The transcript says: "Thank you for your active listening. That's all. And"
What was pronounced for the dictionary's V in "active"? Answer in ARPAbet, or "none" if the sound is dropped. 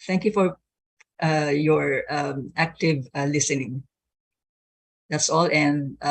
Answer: V